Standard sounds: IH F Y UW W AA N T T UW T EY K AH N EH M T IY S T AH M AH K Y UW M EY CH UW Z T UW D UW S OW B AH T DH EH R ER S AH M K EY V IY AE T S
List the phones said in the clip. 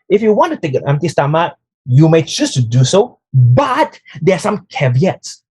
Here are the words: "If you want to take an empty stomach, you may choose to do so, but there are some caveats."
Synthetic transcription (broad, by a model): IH F Y UW W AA N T T UW T EY K AH N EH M T IY S T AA M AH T Y UW M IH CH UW S T UW D UW S OW B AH T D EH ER S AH M K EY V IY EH T S